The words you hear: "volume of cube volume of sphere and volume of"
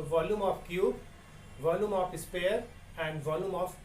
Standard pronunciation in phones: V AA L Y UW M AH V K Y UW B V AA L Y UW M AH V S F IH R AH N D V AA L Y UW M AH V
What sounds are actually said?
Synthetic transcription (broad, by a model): V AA L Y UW M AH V K Y UW B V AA L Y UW M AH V S P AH R AH N D V AA L Y UW M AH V